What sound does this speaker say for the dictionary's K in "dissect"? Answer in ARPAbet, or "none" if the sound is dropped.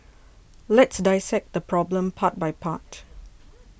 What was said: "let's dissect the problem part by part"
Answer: K